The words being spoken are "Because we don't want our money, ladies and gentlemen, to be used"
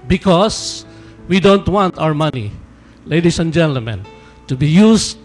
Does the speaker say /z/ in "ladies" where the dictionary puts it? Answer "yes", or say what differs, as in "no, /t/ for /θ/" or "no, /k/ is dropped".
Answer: no, /s/ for /z/